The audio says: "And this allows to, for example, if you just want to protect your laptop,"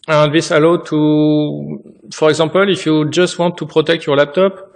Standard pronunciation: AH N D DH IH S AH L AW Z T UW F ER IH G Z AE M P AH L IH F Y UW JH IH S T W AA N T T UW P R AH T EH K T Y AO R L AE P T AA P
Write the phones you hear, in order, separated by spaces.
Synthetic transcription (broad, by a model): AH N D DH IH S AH L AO T UW F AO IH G Z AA P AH L IH F Y UW JH IH S T W AA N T T UW P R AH T EH K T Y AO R L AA P T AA P